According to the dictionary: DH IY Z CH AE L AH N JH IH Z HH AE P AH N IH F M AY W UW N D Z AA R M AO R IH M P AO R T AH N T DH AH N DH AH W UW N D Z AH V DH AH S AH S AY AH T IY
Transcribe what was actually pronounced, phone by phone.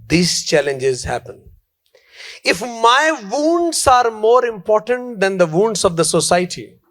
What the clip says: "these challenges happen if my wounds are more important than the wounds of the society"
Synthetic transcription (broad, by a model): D IY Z CH AE L AH N JH IH Z HH AE P AH N IH F M AY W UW N D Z AA R M AO R IH M P AO R T AH N T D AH N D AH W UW N D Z AH V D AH S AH S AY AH T IY